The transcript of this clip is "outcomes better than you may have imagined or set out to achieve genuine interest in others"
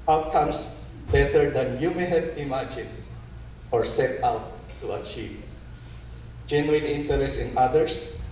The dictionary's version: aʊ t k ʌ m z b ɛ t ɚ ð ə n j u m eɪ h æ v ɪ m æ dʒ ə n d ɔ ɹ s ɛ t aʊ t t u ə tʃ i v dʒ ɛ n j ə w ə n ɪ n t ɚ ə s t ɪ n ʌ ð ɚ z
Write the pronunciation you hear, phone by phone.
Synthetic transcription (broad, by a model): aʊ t k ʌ m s b ɛ t ɚ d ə n j u m eɪ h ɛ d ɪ m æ dʒ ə n ɔ ɹ s ɛ t aʊ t t u ə tʃ i v dʒ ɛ n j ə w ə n ɪ n t ɚ ə s t ɪ n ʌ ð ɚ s